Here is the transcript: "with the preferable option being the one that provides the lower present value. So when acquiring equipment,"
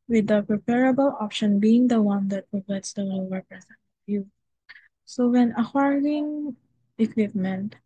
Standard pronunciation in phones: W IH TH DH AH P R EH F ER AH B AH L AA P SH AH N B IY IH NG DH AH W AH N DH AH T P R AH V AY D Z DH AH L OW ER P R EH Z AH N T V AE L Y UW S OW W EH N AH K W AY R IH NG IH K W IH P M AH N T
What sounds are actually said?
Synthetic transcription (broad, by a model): W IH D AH P R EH P ER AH B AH L AA P SH AH N B IY IH NG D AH W AH N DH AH T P R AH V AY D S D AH L OW ER P R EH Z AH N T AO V Y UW S OW W EH N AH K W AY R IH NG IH K W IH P M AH N T